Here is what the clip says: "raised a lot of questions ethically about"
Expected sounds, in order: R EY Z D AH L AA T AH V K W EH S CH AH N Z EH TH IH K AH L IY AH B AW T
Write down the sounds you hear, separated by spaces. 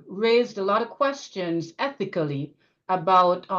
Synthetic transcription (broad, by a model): R EY Z D AH L AA T AH V K W EH S CH AH N Z EH TH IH K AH L IY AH B AW T